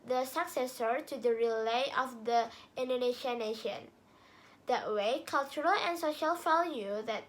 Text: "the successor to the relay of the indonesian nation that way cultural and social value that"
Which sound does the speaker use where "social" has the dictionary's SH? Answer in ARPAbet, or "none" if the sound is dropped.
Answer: SH